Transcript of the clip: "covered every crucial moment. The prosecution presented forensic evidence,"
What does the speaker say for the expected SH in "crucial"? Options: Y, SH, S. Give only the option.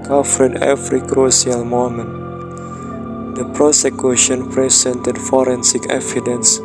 S